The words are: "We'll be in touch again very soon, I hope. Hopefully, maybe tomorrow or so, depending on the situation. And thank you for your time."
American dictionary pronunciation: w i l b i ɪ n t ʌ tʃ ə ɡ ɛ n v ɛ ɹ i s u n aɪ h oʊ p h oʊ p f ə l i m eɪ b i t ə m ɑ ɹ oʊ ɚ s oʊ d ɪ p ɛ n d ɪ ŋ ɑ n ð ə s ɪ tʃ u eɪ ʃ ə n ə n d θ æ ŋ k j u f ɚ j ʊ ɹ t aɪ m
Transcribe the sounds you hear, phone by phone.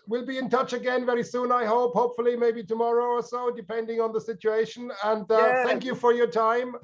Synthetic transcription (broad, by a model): w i l b i ɪ n t ʌ tʃ ə ɡ ɛ n v ɛ ɹ i s u n aɪ h oʊ p h oʊ p f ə l i m eɪ b i t ə m ɑ ɹ oʊ ɚ s oʊ d ɪ p ɛ n d ɪ ŋ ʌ n ð ə s ɪ tʃ u eɪ ʃ ə n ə n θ θ æ ŋ k j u f ɚ j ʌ ɹ t aɪ m